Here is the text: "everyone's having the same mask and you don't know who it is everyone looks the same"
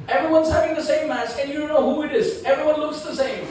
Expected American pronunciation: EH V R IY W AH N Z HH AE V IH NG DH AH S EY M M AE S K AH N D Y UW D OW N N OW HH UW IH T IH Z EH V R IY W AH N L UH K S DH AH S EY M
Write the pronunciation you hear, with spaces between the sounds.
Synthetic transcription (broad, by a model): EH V R IY W AH N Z HH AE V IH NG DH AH S EY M M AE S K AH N Y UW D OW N N OW HH UW IH T IH Z EH V R IY W AH N L UH K S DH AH S EY M